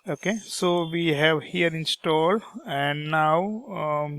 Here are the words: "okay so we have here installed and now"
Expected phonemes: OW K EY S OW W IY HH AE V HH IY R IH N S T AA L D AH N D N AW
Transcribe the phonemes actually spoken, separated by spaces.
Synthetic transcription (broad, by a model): OW K EY S OW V IY HH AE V HH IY R IH N S T AA L D AH N D N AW